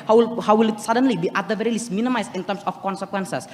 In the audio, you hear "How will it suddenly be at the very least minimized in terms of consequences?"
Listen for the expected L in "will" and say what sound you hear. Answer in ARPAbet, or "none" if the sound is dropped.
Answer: W